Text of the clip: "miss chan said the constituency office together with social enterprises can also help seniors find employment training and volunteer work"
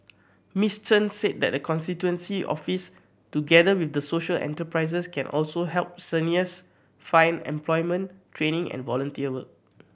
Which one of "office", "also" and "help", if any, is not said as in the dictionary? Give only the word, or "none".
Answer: none